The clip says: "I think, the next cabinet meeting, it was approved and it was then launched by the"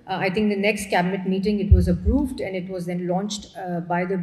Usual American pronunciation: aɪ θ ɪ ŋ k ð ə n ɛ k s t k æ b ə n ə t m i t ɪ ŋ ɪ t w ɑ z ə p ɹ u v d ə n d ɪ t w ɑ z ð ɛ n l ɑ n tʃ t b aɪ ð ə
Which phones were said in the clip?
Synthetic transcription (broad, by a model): aɪ t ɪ ŋ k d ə n ɛ k s t k æ b ə n ə t m i t ɪ ŋ ɪ t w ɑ z ə p ɹ u v d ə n d ɪ t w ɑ z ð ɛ n l ɑ n tʃ t b aɪ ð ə